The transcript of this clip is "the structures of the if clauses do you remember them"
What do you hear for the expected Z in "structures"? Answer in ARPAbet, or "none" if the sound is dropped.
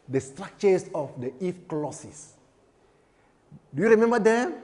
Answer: S